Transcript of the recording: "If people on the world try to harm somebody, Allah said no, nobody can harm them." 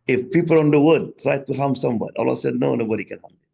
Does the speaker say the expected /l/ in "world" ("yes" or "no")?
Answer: no